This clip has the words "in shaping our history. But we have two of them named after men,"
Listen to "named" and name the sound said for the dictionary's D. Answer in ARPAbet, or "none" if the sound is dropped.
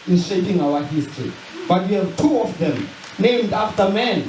D